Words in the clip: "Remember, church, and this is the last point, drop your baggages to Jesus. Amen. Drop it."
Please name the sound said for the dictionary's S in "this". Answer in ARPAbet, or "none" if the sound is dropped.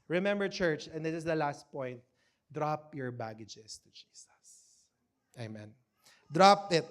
none